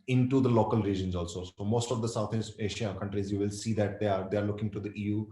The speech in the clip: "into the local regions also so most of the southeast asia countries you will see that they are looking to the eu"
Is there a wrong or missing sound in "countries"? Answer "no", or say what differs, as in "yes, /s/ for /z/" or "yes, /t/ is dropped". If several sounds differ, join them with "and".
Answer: no